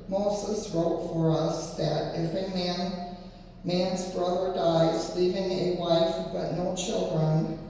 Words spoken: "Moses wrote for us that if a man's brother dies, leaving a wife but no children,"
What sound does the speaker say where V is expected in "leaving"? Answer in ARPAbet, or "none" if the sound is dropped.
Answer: V